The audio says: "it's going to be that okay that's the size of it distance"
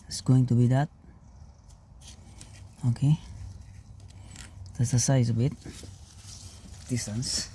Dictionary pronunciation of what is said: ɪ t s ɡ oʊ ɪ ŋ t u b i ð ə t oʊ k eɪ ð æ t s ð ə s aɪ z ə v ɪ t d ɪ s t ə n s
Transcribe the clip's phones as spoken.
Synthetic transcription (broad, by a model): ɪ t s ɡ oʊ ɪ ŋ t u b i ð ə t oʊ k eɪ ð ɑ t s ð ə s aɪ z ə b ɪ t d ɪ s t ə n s